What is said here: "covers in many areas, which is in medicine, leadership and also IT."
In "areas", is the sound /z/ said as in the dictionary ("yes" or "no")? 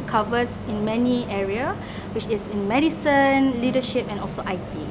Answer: no